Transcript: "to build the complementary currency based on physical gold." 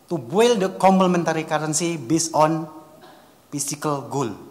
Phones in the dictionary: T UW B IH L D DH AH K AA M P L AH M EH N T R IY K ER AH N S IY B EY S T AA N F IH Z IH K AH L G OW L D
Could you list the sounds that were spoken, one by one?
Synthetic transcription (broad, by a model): T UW B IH L D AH K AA M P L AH M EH N T R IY K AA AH N S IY B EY S AA N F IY S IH K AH L G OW L